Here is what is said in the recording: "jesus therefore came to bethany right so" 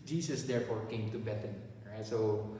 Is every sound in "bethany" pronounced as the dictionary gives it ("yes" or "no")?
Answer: no